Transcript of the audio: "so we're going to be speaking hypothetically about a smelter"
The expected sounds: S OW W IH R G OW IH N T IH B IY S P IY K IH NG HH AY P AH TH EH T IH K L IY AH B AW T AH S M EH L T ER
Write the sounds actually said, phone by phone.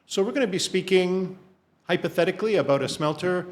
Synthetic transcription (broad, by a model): S OW W IH R G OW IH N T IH B IY S P IY K IH NG HH AY P AH TH EH T IH K L IY AH B AW T AH S M EH L T ER